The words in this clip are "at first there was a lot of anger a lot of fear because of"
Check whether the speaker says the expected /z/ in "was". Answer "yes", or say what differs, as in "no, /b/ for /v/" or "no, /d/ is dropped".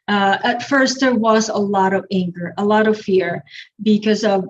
yes